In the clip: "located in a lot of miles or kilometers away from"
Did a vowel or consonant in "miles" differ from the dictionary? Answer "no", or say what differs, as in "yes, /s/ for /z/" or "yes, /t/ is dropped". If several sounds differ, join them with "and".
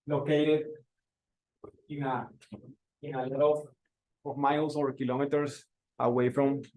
yes, /s/ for /z/